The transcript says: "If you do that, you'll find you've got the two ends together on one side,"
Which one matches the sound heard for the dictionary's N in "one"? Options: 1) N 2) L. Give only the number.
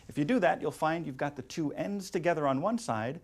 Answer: 1